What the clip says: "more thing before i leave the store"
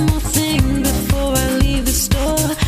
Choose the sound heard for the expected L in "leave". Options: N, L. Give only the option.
L